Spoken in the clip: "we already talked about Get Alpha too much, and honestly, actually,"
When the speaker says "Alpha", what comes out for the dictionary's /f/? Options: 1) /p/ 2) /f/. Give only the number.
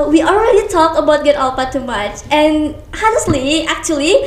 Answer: 1